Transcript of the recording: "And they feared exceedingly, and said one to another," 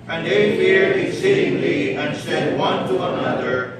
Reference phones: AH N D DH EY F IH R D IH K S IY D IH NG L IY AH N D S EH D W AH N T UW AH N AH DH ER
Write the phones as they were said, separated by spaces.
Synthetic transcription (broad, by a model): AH N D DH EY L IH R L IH S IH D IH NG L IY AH N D S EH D W AH N T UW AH N AH DH ER